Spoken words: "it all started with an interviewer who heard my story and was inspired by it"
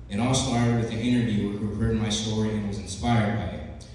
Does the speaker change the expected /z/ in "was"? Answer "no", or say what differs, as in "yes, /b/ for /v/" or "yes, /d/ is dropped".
no